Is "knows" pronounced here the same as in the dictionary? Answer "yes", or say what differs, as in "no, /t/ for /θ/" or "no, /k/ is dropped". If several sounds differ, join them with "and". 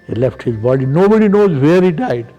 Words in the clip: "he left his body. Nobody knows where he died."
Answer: yes